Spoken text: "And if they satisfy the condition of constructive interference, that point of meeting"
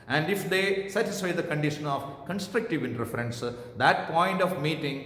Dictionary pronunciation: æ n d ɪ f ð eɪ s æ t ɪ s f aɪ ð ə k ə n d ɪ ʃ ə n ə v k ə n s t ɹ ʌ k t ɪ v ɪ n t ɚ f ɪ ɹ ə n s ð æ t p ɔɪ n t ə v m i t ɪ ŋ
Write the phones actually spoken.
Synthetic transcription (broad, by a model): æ n d ɪ f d eɪ s æ t ɪ s f aɪ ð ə k ə n d ɪ ʃ ə n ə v k ə n s t ɹ ʌ k t ɪ v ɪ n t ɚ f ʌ ɹ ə n s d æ t p ɔɪ n t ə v m i t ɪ ŋ